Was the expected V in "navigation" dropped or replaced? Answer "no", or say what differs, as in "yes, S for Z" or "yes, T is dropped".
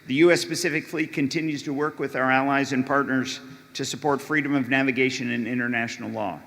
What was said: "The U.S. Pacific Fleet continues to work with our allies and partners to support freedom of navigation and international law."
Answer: no